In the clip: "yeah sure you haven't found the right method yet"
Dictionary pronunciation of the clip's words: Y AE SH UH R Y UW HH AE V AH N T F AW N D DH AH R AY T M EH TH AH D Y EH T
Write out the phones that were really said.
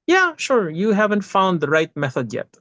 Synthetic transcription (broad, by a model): Y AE SH UH R Y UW HH AE V AH N T F AW N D DH AH R AY T M EH TH AH D Y EH T